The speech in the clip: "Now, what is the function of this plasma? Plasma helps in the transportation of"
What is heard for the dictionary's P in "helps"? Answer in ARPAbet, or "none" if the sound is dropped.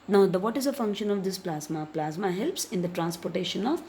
P